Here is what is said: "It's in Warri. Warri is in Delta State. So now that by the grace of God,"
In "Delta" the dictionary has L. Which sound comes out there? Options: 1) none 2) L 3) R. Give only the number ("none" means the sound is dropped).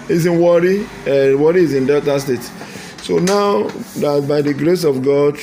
1